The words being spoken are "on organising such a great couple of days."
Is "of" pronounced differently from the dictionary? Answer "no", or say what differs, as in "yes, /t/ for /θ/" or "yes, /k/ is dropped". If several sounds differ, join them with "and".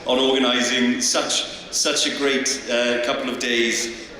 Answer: no